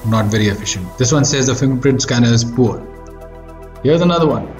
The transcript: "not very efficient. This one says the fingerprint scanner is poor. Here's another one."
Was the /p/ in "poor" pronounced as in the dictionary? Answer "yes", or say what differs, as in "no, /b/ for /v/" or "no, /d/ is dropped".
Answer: yes